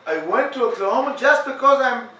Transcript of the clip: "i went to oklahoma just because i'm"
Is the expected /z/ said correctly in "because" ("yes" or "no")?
yes